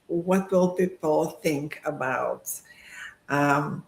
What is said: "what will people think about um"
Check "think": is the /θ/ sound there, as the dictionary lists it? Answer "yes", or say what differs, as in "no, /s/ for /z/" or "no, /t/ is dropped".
yes